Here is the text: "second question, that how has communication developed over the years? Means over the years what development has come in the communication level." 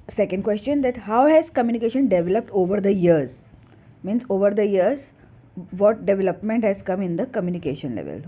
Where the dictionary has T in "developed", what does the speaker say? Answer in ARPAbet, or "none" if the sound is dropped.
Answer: T